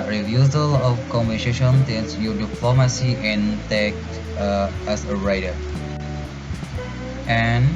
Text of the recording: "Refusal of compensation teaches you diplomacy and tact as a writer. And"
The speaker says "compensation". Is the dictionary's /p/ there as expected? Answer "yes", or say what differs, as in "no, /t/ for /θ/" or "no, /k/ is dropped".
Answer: no, /b/ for /p/